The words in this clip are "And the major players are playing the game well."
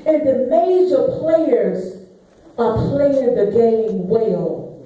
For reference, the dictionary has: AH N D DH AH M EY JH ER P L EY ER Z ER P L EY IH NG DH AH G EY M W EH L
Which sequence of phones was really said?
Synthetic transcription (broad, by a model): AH N DH AH M EY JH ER P L EY ER Z ER P L EY IH NG DH AH G EY M W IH L